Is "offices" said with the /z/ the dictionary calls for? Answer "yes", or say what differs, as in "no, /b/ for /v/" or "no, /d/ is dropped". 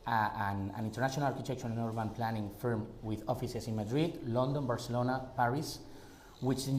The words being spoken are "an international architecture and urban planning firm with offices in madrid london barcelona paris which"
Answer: no, /s/ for /z/